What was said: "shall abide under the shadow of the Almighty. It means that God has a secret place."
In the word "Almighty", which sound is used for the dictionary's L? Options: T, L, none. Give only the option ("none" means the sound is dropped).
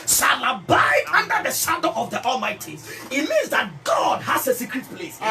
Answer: L